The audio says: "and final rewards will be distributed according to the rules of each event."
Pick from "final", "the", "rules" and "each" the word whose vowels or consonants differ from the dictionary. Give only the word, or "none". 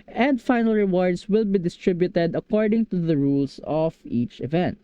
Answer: rules